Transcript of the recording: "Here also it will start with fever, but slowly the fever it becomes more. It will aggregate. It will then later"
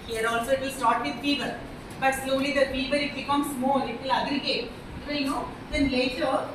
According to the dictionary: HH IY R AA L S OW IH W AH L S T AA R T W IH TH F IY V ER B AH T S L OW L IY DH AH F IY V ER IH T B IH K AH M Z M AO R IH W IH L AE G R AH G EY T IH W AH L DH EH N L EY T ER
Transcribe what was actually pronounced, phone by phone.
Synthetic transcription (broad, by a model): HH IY R AA L S OW IH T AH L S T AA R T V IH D F IY V ER B AH T S L OW L IY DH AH F IY V ER IH T B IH K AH M S M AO L IH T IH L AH G R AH G EY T IH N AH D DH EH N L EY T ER